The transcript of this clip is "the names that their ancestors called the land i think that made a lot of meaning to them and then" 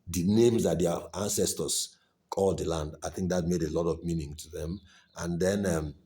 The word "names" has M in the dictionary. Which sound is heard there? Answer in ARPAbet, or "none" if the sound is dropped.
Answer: M